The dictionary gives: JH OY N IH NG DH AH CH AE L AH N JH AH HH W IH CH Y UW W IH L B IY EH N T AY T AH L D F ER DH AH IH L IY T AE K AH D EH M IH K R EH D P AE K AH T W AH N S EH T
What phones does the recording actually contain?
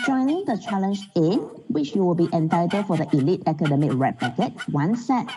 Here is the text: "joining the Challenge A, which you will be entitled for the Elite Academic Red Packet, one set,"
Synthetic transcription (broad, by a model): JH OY N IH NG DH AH CH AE L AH N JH AH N W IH CH Y UW W IH L B IY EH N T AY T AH D F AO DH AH IH L IY T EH K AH D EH M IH K R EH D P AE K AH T W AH N S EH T